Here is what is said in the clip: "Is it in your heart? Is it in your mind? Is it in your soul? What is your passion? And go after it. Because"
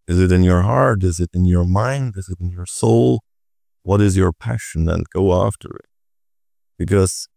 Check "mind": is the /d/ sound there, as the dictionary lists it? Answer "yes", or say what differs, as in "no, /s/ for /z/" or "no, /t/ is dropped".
yes